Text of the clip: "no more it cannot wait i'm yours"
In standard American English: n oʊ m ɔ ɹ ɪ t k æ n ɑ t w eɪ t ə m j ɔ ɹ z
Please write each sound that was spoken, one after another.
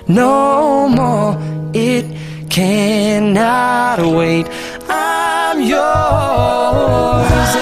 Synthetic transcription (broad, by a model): n oʊ m ɔ ɹ ɪ t k æ n ɑ t w eɪ t ə m j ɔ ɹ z